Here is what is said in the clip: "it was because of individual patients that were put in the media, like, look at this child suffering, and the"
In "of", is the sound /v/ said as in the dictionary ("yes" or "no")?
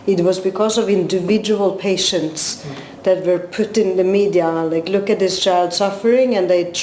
yes